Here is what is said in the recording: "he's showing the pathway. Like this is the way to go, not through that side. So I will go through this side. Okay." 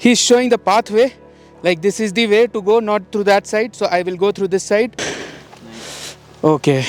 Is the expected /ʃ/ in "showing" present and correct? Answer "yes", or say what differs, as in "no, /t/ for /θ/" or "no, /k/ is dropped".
yes